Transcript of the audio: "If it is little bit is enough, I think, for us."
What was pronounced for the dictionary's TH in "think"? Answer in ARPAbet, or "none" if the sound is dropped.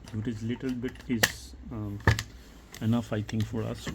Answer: T